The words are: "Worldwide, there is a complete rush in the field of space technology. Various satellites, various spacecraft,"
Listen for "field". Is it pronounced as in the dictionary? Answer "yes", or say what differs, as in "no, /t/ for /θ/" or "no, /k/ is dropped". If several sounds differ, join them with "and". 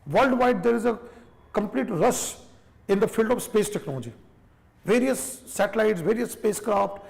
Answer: yes